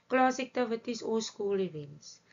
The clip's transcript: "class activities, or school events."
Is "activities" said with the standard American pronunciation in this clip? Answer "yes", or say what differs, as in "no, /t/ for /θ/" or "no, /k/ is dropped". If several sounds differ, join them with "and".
no, /s/ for /z/